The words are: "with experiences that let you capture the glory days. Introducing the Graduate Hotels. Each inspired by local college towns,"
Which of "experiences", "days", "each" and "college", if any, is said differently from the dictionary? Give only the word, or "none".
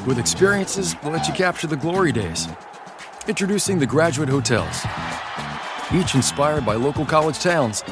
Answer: none